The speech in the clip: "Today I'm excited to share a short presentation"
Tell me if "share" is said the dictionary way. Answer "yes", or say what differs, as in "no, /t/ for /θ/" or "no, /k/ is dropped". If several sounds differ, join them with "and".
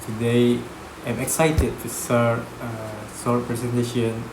no, /s/ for /ʃ/